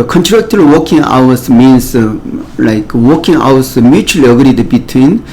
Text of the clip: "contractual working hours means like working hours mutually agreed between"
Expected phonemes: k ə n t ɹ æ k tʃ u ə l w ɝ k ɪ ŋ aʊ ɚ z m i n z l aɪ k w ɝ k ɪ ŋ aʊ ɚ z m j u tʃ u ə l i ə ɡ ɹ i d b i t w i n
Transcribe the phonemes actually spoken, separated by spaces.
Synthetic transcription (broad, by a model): k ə n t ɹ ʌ k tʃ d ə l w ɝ k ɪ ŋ aʊ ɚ s m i n s l aɪ k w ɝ k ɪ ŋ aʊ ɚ s m j u tʃ u ə l i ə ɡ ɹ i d b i t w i n